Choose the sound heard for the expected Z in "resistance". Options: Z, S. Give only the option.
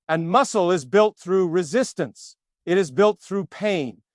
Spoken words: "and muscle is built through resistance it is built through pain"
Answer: Z